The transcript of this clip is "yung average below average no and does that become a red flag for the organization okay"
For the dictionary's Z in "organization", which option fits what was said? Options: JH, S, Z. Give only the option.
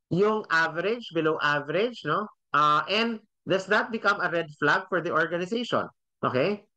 S